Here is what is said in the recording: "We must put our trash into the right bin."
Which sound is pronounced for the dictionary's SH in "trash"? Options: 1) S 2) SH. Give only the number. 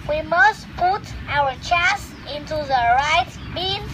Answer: 1